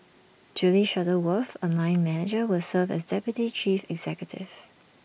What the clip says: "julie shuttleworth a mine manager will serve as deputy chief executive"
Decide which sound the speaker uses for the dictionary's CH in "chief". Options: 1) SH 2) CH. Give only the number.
2